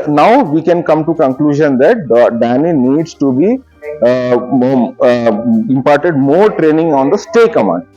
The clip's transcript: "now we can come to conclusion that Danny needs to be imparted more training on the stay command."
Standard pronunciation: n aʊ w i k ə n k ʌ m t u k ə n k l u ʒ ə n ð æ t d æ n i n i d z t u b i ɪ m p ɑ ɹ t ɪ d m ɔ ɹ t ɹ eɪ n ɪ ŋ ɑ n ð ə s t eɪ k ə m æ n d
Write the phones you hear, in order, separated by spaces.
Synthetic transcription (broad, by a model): n aʊ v i k ə n k ʌ m t u k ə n k l u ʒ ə n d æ t d æ n i n i d s t u b i ɪ m p ɑ ɹ t ɪ d m ɔ ɹ t ɹ eɪ n ɪ ŋ ɑ n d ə s t eɪ k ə m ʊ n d